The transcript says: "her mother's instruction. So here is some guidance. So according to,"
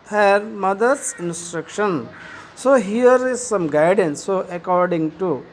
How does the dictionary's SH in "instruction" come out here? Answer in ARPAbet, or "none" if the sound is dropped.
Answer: SH